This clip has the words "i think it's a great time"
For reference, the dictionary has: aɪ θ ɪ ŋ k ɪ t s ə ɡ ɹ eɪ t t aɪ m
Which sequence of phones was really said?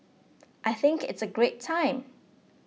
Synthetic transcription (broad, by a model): aɪ θ ɪ ŋ k ɪ t s ə ɡ ɹ eɪ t t aɪ m